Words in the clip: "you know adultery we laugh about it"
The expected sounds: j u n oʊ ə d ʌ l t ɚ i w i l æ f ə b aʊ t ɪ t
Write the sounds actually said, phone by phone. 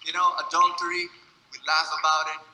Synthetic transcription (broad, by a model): j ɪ n oʊ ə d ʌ n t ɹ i w i l æ f ə b aʊ t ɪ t